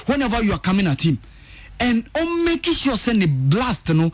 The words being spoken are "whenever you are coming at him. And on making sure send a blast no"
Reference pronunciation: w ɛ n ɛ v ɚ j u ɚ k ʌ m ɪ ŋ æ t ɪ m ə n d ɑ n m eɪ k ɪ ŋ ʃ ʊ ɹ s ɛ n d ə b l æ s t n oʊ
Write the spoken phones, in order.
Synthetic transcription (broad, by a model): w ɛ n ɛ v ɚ j u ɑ k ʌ m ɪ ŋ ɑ t ɪ m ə n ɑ m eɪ k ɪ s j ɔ s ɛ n ə b l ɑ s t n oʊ